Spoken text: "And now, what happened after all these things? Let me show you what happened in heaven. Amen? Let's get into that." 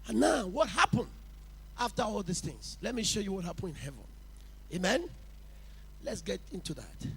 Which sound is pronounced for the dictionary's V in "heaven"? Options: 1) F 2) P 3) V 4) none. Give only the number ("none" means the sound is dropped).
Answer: 3